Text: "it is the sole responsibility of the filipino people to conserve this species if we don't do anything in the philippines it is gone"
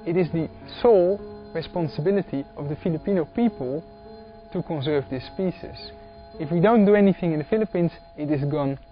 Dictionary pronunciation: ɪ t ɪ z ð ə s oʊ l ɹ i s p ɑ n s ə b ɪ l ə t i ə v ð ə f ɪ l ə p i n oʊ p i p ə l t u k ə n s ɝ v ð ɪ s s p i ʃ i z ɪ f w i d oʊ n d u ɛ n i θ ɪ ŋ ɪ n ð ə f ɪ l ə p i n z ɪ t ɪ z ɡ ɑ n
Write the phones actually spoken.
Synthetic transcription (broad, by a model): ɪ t ɪ z ð ə s oʊ l ɹ i s p ɑ n s ə b ɪ l ə t i ə v ð ə f ɪ l ə p i n oʊ p i p ə l t u k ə n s ɝ v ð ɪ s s p i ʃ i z ɪ f w i d oʊ n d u ɛ n i θ ɪ ŋ ɪ n ð ə f ɪ l ə p i n z ɪ t ɪ z ɡ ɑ n